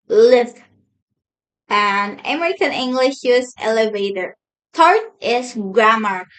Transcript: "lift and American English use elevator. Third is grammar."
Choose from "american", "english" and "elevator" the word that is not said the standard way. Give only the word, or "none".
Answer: none